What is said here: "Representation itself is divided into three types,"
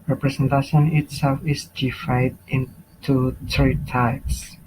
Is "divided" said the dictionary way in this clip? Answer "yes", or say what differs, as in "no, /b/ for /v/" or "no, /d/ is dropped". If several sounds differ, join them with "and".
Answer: no, /f/ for /v/